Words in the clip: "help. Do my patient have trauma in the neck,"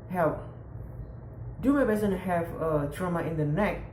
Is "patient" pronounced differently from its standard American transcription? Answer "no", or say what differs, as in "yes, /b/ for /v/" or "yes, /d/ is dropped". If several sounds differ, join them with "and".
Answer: yes, /b/ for /p/ and /s/ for /ʃ/